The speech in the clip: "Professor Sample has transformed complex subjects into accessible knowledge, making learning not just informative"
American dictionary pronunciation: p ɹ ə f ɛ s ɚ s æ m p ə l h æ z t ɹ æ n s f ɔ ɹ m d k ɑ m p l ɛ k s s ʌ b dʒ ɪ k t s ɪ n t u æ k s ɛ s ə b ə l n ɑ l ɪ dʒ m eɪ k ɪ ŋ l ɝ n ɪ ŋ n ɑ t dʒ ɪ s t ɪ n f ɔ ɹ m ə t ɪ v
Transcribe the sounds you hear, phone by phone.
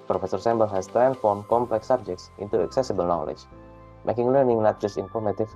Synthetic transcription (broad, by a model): p ɹ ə f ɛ s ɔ s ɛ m b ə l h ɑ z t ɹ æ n f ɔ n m k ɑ m p l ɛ k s s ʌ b dʒ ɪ k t s ɪ n t u æ k s ɛ s ə b ə l n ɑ l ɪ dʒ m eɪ k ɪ ŋ l ɝ n ɪ ŋ n ɑ t dʒ ɪ s t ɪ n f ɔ ɹ m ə t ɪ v